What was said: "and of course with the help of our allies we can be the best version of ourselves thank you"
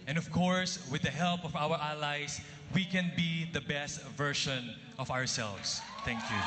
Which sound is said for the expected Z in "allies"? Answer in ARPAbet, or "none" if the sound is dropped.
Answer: S